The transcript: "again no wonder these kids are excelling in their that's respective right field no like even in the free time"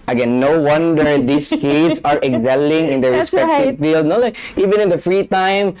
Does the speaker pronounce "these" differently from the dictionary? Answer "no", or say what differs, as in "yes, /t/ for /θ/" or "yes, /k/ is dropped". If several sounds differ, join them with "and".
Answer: yes, /s/ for /z/